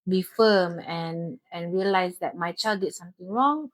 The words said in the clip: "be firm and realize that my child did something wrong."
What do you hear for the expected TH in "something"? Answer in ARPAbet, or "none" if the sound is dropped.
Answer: T